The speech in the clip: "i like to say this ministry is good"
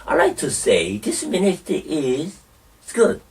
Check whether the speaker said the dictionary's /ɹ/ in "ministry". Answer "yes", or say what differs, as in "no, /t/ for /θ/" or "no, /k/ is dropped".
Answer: no, /ɹ/ is dropped